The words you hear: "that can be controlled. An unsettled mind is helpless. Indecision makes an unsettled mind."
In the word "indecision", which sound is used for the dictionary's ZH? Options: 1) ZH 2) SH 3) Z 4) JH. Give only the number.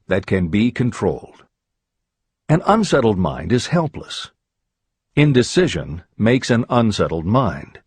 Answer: 1